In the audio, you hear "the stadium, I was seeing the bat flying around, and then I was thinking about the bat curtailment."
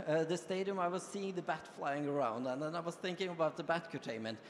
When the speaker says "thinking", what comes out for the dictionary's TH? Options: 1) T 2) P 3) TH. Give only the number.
3